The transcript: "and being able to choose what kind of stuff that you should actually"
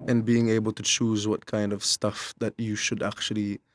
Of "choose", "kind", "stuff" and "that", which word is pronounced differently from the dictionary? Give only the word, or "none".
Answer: none